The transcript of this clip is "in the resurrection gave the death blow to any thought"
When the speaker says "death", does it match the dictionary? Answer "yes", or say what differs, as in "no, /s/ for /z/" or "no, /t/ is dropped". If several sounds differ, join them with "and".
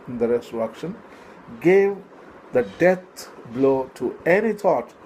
no, /t/ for /θ/